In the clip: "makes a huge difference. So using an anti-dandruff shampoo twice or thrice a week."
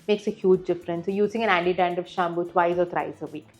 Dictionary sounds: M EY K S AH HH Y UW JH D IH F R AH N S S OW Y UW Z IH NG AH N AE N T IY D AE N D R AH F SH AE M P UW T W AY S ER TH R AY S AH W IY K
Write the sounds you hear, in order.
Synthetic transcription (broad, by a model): M EY K S AH HH Y UW JH D IH F R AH N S S OW Y UW Z IH NG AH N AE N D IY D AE N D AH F SH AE M B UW T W AY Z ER T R AY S AH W IY K